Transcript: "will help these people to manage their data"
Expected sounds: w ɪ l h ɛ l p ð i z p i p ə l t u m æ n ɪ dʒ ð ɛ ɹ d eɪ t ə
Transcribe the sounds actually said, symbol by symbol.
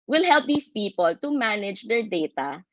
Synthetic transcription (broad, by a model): w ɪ l h ɛ l p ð i s p i p ə l t u m æ n ɪ dʒ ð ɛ ɹ d eɪ t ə